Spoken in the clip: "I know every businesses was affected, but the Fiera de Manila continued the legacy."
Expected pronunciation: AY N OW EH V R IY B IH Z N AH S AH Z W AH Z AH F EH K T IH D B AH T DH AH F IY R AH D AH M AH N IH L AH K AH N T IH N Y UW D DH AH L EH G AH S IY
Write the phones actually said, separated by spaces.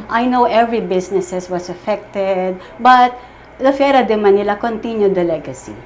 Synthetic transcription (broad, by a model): AY N OW EH V R IY B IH S N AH S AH S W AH S AH F EH K T IH D B AH T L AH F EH R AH D AH M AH N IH L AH K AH N T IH N Y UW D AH L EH G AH S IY